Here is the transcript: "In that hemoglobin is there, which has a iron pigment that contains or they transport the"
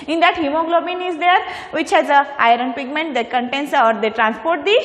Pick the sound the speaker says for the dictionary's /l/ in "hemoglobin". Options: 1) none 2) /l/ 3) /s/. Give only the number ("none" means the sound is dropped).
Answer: 2